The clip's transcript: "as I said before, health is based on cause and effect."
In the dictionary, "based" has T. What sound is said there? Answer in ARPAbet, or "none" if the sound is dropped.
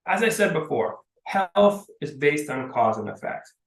T